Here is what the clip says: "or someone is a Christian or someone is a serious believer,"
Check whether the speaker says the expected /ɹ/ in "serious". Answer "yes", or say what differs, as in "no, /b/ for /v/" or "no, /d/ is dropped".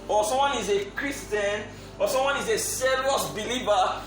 no, /l/ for /ɹ/